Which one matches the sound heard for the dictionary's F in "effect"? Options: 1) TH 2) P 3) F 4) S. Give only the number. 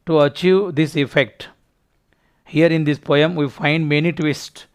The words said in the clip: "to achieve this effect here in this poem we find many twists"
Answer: 3